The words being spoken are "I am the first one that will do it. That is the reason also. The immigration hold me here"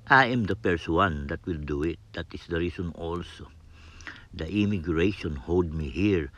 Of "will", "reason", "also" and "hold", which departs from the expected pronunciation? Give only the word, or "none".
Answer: reason